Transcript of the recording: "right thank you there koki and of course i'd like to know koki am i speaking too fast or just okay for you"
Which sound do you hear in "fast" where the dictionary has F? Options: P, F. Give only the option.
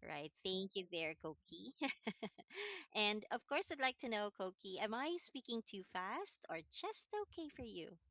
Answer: F